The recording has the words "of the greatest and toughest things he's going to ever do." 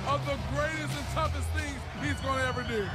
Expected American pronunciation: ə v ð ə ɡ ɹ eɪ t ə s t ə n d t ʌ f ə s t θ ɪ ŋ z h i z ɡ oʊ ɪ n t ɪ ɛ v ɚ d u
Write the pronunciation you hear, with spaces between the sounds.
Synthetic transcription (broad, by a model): ə v ð ə ɡ ɹ eɪ t ə s t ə n t ʌ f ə s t θ ɪ ŋ z h i z ɡ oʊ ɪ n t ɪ ɛ v ɚ d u